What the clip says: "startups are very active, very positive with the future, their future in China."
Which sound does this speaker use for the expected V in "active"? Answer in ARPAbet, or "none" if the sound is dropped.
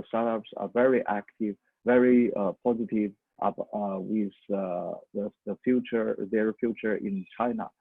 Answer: V